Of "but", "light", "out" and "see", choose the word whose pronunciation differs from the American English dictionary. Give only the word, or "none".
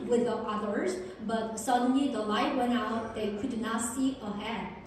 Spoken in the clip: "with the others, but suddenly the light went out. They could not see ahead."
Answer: none